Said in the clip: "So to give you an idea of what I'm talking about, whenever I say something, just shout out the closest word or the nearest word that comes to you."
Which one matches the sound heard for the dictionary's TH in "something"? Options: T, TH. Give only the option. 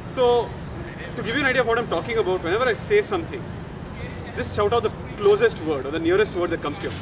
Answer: T